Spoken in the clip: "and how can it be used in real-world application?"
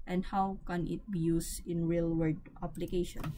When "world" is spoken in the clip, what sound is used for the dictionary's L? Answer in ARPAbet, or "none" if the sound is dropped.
none